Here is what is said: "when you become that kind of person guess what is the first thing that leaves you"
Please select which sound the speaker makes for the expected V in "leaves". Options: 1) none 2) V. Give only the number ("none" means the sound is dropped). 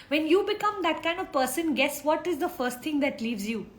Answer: 2